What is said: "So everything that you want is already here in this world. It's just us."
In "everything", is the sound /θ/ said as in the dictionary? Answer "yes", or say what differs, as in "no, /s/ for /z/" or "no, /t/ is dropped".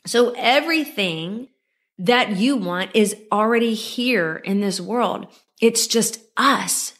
yes